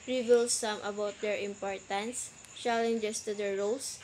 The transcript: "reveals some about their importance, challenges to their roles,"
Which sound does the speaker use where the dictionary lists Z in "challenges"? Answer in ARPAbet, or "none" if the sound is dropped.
S